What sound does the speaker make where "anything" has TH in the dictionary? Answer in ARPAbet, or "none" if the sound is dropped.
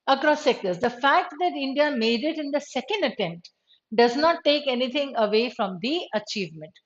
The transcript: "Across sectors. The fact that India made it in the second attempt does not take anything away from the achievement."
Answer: T